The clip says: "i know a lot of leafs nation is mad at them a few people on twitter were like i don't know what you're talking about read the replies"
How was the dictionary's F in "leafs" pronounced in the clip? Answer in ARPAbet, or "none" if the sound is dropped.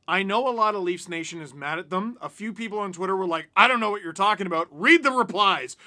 F